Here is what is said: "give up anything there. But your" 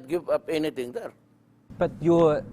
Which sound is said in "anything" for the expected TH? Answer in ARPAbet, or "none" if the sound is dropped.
T